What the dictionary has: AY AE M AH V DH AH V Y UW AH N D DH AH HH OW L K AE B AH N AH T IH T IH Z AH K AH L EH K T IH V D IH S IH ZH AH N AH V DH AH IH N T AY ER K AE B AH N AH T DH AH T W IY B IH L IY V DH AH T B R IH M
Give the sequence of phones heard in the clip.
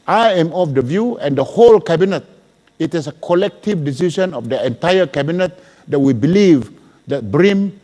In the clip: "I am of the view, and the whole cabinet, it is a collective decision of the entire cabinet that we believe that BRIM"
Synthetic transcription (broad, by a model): AY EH M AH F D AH V Y UW AH N D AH HH OW L K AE B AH N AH T IH T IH S AH K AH L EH K T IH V D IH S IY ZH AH N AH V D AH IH N T AY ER K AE B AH N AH T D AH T W IY B IH L IY V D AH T B R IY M